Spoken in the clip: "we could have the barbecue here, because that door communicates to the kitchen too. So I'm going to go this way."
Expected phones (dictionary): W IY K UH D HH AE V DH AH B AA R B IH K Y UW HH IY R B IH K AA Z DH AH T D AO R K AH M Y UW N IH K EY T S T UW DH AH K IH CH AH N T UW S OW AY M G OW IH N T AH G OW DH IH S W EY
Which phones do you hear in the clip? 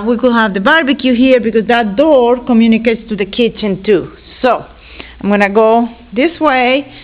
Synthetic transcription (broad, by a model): W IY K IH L HH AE V DH AH B AA R B IH K Y UW HH IY R B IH K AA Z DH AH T D AO R K AH M Y UW N IH K EY T S T UW DH AH K IH CH AH N T UW S OW AY M G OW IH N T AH G OW DH IH S W EY